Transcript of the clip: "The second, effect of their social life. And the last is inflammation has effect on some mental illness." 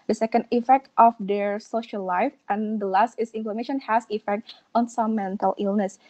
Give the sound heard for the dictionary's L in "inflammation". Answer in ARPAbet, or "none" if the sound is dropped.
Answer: none